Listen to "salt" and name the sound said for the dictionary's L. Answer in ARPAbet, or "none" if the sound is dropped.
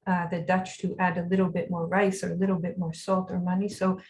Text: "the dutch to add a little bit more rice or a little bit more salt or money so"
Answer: L